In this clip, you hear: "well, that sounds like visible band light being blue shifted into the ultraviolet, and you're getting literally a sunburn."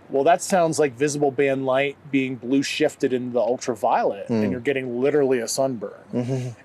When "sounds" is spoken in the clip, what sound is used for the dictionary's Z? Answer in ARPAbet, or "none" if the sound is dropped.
Z